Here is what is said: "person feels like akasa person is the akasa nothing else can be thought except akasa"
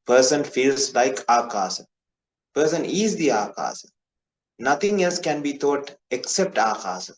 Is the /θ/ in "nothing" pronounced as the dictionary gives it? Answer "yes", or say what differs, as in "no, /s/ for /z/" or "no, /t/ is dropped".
no, /t/ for /θ/